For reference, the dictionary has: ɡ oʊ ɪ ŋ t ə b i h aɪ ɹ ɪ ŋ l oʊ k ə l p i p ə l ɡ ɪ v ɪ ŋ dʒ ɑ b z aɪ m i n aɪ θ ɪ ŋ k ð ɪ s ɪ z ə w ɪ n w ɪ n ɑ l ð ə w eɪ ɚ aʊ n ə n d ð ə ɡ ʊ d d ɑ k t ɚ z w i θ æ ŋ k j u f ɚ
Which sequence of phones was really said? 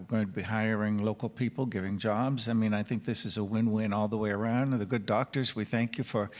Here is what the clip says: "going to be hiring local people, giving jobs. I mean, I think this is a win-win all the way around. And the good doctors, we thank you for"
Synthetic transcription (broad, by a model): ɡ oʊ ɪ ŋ t ə b i h aɪ ɹ ɪ ŋ l oʊ k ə l p i p l ɡ ɪ v ɪ ŋ dʒ ɑ b z aɪ m i n aɪ θ ɪ ŋ k ð ɪ s ɪ z ə w ɪ n w ɪ n ɑ l ð ə w eɪ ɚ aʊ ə n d ð ə ɡ ʊ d d ɑ k t ɚ z w i θ æ ŋ k j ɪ f ɚ